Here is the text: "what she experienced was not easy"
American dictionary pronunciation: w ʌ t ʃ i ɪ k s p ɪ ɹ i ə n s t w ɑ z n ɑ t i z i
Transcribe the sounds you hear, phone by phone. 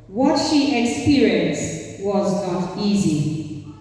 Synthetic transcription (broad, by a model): w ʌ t ʃ i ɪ k s p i ɹ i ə n s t w ɑ z n ɑ t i z i